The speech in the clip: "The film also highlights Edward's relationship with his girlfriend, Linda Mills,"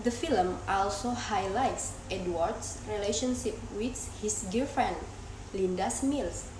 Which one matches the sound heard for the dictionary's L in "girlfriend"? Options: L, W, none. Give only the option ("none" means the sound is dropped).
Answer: none